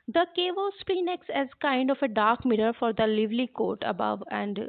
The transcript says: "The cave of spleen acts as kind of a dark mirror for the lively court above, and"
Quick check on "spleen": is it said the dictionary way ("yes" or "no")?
no